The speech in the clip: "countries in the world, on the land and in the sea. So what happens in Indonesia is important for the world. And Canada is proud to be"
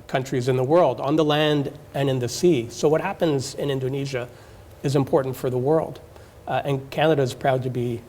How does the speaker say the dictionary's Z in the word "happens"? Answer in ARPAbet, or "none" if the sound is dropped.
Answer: Z